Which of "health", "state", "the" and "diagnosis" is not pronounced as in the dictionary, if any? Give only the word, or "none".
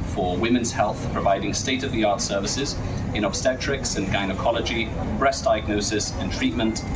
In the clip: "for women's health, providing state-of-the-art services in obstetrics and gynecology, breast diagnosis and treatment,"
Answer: none